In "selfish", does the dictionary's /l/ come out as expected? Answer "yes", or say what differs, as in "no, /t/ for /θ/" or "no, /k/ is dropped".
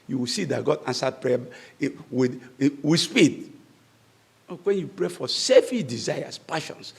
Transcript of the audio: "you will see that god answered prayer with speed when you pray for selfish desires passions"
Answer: no, /l/ is dropped